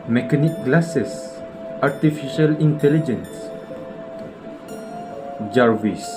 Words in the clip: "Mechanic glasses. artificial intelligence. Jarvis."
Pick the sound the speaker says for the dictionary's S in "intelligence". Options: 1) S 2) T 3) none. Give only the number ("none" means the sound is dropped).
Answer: 1